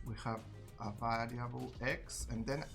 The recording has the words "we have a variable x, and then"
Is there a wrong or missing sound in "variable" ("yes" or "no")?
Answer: yes